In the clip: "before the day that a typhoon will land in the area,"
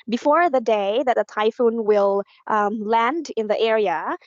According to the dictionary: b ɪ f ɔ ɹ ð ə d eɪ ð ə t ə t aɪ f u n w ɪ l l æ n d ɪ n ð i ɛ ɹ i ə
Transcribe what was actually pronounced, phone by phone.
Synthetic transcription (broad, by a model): b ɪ f ɔ ɹ ð ə d eɪ ð ə t ə t aɪ f u n w ɪ l l æ n d ɪ n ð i ɛ ɹ i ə